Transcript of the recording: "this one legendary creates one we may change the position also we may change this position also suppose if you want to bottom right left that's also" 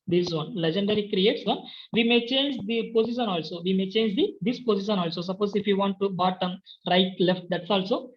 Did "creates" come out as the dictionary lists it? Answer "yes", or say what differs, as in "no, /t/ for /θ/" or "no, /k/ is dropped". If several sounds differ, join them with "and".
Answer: yes